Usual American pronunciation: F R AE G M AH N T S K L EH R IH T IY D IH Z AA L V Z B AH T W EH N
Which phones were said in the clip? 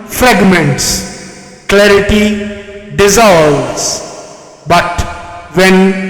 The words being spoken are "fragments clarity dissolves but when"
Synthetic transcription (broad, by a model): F R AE G M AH N T S K L EH R IH T IY D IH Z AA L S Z B AH T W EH N